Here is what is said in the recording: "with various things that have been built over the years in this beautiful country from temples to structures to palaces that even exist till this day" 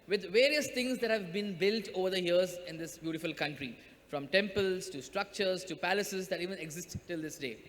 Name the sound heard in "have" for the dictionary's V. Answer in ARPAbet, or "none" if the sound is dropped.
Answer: V